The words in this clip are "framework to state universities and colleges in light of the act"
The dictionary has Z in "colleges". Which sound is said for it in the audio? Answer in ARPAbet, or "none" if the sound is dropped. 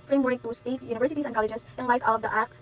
S